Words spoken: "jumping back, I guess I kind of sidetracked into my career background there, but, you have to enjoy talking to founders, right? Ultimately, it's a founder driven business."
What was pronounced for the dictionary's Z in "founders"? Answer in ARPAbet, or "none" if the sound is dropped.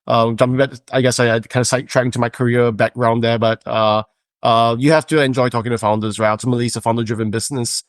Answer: Z